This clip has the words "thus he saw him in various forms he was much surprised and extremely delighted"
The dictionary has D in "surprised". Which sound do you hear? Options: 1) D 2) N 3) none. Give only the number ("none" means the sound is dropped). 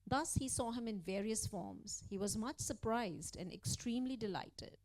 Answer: 1